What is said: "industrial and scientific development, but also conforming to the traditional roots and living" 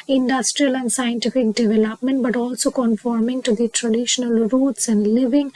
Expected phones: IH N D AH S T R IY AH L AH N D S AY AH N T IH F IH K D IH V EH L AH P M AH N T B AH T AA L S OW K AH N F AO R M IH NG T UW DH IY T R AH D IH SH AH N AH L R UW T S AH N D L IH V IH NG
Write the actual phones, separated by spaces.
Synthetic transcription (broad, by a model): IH N D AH S T R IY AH L AH N D S AY AH N T IH F IH K D IH V EH L AH P M AH N T B AH T AA L S OW K AH N F AO R M IH NG T UW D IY T R AH D IH SH AH N AH L R UW T S AH N D L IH V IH NG